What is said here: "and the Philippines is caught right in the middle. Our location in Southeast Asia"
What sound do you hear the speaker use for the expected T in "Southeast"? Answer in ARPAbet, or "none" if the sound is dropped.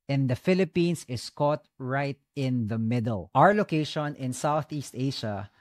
T